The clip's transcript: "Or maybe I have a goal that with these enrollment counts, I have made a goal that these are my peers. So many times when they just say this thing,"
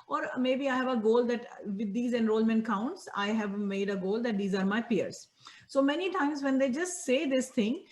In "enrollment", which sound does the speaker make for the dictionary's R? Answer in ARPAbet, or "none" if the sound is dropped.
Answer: R